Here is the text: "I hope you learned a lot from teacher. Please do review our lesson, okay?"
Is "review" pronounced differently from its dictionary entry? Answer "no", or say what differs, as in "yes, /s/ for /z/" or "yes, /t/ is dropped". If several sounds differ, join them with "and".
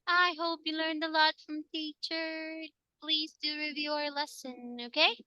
no